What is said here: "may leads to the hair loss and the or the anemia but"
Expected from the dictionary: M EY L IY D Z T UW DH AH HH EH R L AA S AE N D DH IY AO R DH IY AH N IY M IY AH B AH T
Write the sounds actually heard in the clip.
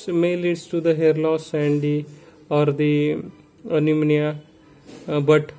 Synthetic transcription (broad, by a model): M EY L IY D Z T UW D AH HH EH R L AA S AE N D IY AO R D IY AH N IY M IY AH B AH T